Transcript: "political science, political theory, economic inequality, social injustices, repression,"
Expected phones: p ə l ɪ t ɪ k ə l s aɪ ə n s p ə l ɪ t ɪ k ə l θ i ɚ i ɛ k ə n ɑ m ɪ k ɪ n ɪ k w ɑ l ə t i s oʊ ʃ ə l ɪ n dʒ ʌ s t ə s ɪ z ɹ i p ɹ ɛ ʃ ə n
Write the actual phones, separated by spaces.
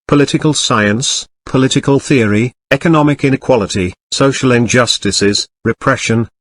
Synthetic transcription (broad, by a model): p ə l ɪ t ɪ k ə l s aɪ ə n s p ə l ɪ t ɪ k ə l θ i ɚ i ɛ k ə n ɑ m ɪ k ɪ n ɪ k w ɑ l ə t i s oʊ ʃ ə l ɪ n dʒ ʌ s t ə s ɪ z ɹ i p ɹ ɛ ʃ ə n